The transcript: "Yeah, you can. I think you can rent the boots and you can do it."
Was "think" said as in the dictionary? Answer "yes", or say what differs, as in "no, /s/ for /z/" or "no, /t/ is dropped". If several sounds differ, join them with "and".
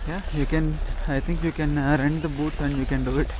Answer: no, /t/ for /θ/